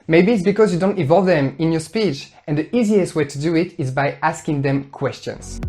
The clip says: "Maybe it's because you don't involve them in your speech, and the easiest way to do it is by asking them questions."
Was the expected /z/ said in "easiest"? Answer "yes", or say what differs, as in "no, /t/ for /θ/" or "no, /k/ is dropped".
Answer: yes